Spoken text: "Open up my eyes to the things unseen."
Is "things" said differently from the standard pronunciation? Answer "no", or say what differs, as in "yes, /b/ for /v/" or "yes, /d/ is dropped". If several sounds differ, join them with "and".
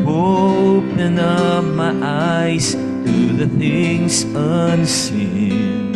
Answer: no